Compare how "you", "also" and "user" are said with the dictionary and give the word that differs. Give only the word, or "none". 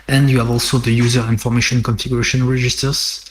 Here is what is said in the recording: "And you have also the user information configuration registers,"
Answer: none